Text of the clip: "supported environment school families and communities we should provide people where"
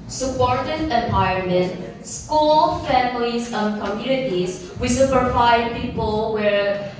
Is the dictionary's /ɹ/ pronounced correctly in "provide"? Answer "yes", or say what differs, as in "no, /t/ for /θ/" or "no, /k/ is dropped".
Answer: no, /ɹ/ is dropped